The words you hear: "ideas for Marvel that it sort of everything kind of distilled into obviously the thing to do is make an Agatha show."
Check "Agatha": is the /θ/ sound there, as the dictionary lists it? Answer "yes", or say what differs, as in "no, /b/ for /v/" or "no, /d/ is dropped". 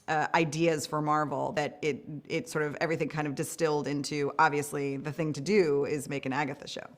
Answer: yes